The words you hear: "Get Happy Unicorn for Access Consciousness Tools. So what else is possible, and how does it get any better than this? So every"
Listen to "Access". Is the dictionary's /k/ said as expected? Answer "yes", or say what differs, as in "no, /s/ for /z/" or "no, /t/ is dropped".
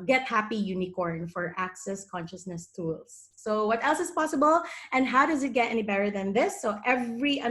yes